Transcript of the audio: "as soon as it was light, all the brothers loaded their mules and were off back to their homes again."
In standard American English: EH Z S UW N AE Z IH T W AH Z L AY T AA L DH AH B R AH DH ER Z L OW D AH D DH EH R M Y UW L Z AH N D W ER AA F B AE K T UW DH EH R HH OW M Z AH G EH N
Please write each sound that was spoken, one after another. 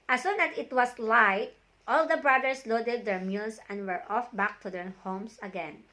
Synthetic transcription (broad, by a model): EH S UW N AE S IH T W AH S L AY T AA L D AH B R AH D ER S L OW D AH D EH R M Y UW L S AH N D W ER AA F B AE K T UW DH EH R HH OW M S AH G EH N